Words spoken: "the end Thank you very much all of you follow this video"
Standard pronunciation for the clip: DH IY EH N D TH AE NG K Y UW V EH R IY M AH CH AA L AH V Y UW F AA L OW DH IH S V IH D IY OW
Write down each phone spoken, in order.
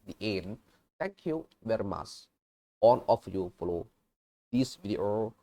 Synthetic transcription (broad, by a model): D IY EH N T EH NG K Y UW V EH R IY M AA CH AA N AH F Y UW F AA L OW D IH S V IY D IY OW